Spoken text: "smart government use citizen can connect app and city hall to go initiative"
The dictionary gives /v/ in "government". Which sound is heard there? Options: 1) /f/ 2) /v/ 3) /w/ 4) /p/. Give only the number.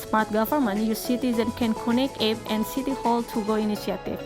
1